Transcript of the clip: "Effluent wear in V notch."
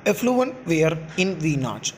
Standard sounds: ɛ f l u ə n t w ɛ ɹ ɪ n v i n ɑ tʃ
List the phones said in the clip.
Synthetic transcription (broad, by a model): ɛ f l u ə n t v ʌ ɹ ɪ n v i n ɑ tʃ